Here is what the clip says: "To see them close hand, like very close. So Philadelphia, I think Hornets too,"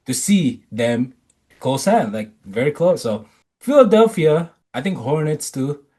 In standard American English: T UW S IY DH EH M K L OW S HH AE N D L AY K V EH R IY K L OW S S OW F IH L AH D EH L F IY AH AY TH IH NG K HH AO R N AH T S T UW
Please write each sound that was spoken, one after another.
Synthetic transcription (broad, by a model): T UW S IY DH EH M K L OW S HH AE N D L AY K V EH R IY K L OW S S OW F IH L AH D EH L F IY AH AY T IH NG K HH AO R N AH T S T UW